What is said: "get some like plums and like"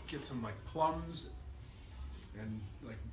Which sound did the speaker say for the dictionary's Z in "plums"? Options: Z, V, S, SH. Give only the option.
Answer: Z